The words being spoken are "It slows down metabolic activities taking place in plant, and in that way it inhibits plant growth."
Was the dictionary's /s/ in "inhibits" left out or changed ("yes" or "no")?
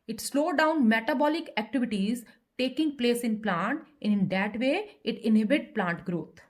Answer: yes